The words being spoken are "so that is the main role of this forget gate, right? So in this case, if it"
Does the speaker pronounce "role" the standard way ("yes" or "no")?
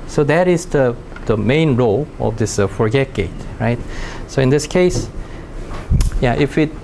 yes